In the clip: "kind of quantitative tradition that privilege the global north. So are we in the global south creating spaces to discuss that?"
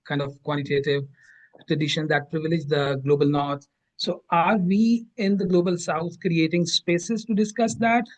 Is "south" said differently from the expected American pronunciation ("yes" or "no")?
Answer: yes